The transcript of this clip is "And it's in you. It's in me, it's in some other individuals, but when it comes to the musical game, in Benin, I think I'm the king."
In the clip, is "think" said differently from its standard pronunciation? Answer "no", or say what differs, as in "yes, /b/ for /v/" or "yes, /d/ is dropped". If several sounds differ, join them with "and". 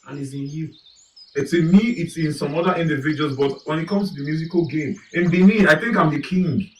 no